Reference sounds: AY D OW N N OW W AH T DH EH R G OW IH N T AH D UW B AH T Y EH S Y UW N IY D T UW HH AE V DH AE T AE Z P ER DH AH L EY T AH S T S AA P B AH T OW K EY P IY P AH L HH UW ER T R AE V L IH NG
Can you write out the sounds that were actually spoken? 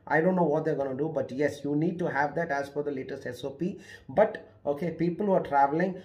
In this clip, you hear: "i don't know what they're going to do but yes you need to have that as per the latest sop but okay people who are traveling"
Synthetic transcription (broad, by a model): AY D OW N N OW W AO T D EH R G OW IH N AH D UW B AH T Y EH S Y UW N IY D T UW HH AE V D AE T AE Z F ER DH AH L EY T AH S T S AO P B AH T OW K EY P IY P AH L HH UW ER T R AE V L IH NG